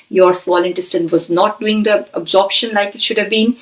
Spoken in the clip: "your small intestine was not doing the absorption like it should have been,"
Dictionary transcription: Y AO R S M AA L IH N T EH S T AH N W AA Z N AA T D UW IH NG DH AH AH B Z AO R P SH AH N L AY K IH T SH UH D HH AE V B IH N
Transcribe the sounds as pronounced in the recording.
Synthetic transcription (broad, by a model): Y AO R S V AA L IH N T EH S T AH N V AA Z N AA T D UW IH NG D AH AH B Z AO R P SH AH N L AY K IH T SH UH D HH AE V B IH N